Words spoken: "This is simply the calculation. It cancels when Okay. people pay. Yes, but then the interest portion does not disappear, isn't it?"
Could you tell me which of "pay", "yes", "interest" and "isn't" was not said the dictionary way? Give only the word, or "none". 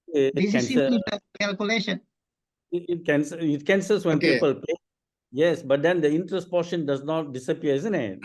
none